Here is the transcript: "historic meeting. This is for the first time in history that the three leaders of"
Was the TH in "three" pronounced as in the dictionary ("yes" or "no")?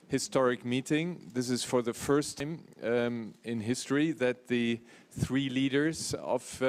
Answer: yes